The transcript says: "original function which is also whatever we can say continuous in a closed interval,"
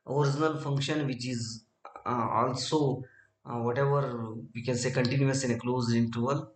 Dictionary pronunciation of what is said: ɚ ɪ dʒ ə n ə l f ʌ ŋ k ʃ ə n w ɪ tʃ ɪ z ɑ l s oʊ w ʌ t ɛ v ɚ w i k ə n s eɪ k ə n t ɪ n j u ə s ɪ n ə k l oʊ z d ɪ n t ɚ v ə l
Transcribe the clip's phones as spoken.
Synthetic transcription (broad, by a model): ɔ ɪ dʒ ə n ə l f ʌ ŋ k ʃ ə n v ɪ tʃ ɪ z ɑ l s oʊ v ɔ t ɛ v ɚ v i k ə n s eɪ k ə n t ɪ n j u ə s ɪ n ə k l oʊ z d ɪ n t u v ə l